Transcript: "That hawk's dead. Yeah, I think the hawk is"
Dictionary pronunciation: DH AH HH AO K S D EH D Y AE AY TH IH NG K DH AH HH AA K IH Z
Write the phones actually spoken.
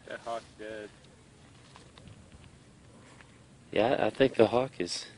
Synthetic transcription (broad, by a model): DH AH HH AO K D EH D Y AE AY TH IH NG K DH AH HH AA K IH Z